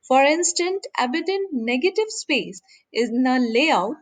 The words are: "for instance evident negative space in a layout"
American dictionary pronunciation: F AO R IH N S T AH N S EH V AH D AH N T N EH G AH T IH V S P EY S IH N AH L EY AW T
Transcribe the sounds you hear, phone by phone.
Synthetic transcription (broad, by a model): F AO R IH N S T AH N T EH B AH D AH N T N EH G AH T IH V S P EY S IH N AH L EY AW T